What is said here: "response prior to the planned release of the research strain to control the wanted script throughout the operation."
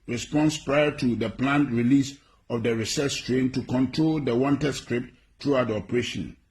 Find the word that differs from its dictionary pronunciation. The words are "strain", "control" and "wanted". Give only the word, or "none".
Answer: none